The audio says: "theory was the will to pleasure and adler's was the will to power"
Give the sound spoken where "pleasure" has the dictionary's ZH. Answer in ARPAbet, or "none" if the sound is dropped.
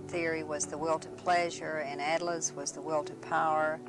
ZH